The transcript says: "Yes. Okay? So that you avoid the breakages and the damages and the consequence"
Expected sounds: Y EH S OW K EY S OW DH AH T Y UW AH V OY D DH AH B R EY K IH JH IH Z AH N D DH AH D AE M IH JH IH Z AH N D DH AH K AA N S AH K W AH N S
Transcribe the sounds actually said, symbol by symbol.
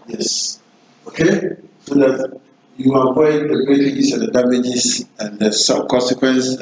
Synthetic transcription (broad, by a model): Y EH S OW K EY S OW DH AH T Y UW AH P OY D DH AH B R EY IH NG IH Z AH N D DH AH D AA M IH JH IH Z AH N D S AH K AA N S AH K W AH N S